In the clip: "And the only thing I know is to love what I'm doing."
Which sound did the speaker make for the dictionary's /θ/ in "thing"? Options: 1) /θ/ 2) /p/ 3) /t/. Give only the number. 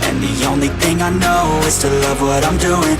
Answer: 1